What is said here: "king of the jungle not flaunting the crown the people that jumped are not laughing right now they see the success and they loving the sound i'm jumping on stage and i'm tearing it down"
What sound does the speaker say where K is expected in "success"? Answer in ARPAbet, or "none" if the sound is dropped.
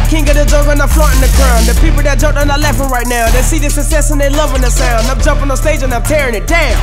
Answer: none